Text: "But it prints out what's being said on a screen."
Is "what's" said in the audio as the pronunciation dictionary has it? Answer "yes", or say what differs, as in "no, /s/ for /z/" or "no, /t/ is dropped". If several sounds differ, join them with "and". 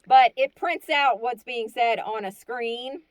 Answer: yes